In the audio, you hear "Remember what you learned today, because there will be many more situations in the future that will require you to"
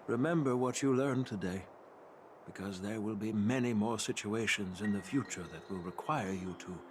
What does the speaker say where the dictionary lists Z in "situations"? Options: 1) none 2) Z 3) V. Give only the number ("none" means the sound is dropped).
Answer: 2